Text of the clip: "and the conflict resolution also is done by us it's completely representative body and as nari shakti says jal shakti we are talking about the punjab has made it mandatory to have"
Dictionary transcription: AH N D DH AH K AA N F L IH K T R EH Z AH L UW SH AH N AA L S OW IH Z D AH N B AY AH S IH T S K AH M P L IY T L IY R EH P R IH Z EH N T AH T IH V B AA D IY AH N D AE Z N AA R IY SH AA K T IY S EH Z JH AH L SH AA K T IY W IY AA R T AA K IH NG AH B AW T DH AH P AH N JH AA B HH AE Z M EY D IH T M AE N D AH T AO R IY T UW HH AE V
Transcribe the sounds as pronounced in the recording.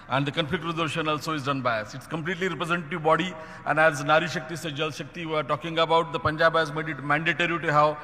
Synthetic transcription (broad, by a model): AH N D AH K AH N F IH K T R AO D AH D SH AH N AA L S OW IH Z D AH N B AY AH S IH T S K AH M P L IY T L IY R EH P R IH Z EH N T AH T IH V B AA D IY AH N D AE Z N AA R IY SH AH K T IY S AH JH AH L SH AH K T IY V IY AA R T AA K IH NG AH B AW T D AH P AH N JH AA B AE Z M EY D IH T M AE N D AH T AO R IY T UW HH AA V